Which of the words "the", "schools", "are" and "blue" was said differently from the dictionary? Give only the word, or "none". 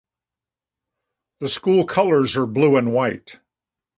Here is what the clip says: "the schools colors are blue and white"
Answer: schools